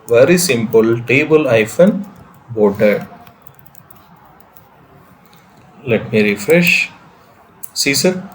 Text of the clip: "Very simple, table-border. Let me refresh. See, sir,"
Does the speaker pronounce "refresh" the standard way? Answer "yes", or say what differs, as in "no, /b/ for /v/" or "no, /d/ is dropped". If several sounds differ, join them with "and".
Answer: yes